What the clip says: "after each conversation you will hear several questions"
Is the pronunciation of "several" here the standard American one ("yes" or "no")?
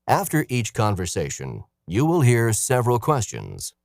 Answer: yes